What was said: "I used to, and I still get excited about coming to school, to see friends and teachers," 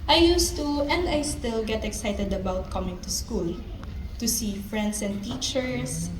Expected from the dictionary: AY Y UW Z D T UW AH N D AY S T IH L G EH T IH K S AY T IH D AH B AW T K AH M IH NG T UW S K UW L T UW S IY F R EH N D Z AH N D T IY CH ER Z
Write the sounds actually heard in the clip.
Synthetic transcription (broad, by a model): AY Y UW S T UW AH N D AY S T IH L G EH T IH K S AY T IH D AH B AW T K AH M IH NG T UW S K UW L T UW S IY F R EH N D S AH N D T IY CH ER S